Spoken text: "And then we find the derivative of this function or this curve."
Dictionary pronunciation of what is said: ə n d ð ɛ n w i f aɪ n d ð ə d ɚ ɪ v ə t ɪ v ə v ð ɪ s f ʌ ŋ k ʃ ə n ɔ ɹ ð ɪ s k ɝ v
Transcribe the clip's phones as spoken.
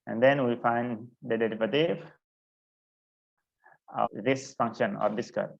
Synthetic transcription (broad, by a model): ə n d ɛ n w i f aɪ n d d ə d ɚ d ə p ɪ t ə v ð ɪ s f ʌ ŋ k ʃ ə n ɔ ɹ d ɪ s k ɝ